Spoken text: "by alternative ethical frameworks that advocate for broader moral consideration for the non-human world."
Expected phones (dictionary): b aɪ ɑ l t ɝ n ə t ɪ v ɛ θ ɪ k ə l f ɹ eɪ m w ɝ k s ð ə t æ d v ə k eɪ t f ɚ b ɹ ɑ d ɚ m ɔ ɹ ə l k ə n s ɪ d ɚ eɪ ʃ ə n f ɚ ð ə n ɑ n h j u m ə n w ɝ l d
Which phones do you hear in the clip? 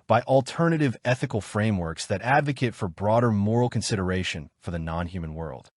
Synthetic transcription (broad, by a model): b aɪ ɑ l t ɝ n ə t ɪ v ɛ θ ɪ k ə l f ɹ eɪ m w ɝ k s ð ə t æ d v ə k eɪ t f ɚ b ɹ ɑ d ɚ m ɔ ɹ l k ə n s ɪ d ɚ eɪ ʃ ə n f ɚ ð ə n ɑ n h j u m ə n w ɝ l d